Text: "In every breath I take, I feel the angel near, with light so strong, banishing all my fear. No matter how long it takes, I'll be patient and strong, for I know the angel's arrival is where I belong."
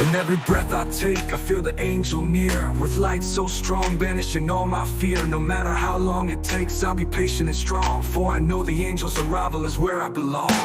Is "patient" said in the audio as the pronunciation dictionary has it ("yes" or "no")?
no